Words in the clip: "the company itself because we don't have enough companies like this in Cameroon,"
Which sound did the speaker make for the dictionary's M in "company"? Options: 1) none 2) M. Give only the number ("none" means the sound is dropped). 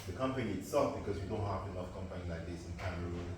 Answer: 2